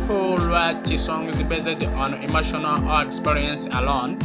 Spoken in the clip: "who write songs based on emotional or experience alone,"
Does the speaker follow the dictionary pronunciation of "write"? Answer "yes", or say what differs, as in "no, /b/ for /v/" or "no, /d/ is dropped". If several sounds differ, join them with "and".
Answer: no, /w/ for /ɹ/